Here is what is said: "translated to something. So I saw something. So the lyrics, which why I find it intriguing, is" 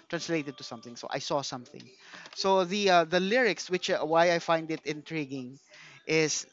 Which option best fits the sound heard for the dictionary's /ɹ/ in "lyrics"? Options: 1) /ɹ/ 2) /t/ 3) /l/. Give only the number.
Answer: 1